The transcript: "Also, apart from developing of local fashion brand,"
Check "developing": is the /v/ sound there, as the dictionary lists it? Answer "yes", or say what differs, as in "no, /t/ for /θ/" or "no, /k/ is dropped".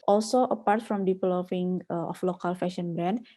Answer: no, /p/ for /v/